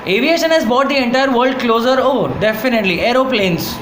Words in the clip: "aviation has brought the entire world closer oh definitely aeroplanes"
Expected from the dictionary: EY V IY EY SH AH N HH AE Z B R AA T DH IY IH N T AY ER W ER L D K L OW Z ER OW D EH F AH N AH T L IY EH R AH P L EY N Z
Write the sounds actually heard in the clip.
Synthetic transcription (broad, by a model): EY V IY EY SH AH N HH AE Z B AA T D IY IH N T AY ER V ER L D K L OW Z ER OW D EH F AH N AH T L IY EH R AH P L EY N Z